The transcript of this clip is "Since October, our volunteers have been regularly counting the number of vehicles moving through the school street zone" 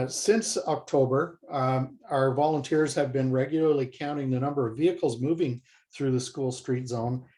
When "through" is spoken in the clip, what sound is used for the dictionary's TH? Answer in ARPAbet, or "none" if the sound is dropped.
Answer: TH